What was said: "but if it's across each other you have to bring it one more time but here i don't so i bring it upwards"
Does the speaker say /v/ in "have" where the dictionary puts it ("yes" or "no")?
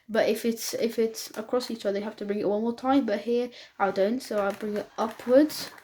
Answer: no